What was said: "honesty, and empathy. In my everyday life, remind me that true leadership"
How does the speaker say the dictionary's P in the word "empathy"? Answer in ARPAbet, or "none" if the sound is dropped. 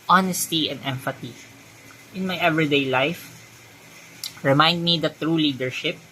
F